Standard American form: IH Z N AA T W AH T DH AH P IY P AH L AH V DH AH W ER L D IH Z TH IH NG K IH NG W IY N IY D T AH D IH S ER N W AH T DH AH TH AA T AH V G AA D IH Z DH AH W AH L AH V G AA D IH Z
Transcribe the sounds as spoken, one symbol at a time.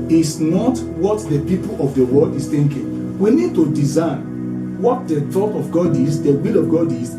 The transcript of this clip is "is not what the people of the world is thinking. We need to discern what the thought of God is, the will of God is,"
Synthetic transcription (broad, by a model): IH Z N AA T W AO T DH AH P IY P AH L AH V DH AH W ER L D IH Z TH IH NG K IH NG W IY N IY D T AH D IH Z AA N W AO T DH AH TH AA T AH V G AA D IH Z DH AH W AH L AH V G AA D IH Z